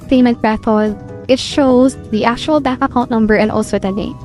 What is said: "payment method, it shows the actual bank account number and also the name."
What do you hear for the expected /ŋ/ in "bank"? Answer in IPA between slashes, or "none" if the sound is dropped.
none